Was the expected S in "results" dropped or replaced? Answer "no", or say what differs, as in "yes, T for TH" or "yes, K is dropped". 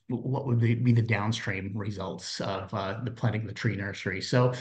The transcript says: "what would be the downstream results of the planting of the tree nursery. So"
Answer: no